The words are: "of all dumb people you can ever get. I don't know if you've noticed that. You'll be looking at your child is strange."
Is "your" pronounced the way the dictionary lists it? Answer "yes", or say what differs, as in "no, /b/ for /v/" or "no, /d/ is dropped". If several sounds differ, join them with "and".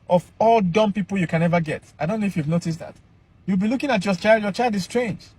no, /l/ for /ɹ/